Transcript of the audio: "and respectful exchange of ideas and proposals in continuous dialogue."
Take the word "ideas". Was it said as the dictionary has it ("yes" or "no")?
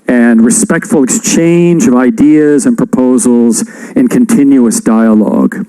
yes